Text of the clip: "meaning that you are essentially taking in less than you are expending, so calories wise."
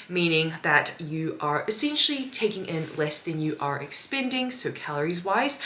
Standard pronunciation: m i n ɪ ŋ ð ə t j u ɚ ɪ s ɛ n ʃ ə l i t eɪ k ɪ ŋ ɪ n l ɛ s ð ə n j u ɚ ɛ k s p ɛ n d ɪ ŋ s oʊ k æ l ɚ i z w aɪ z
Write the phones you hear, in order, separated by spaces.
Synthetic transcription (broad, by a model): m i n ɪ ŋ ð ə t j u ɚ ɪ s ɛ n ʃ l i t eɪ k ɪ ŋ ɪ n l ɛ s ð ə n j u ɚ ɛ k s p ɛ n d ɪ ŋ s oʊ k æ l ɚ i z w aɪ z